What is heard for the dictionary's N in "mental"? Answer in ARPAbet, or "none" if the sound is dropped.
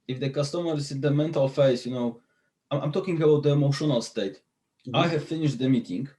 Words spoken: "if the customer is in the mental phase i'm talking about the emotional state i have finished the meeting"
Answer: N